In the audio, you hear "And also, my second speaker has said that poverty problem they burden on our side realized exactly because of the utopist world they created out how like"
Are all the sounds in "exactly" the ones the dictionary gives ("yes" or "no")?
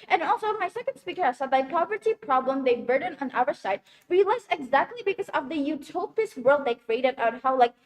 yes